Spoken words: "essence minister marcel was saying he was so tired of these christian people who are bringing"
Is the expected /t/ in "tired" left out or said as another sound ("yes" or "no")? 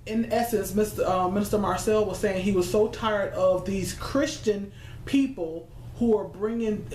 no